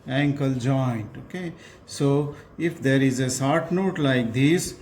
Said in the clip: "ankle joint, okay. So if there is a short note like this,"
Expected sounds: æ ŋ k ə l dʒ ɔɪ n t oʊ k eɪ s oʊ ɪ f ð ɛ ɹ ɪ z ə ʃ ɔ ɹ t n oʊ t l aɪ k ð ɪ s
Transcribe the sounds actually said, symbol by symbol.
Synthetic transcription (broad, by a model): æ ŋ k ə l dʒ ɔɪ n t oʊ k eɪ s oʊ ɪ f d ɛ ɹ ɪ z ə s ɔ ɹ t n oʊ t l aɪ k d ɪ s